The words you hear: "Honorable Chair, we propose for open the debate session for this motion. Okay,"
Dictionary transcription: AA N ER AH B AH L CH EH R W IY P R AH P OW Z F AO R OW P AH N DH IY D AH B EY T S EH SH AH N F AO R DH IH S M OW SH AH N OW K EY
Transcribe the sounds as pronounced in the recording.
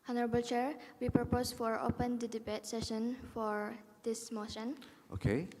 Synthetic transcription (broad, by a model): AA N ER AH B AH L CH EH R W IY P R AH P OW S F AO R OW P AH N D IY D AH B EY T S EH SH AH N F AO R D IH S M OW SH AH N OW K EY